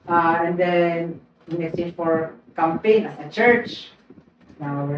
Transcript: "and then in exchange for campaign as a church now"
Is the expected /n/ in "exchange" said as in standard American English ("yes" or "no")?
no